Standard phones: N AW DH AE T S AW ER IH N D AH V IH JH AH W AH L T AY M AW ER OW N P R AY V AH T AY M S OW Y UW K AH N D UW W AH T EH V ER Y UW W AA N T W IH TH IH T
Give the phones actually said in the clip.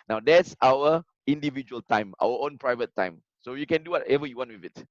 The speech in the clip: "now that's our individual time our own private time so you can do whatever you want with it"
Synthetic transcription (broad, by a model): N AW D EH T S AW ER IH N D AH V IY JH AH AH L T AY M AW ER OW N P R AY V AH T AY M S OW Y UW K AH N D UW W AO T EH V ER Y UW W AA N T W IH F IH T